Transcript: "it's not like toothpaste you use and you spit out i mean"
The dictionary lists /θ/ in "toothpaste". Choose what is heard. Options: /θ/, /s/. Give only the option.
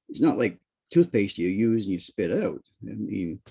/θ/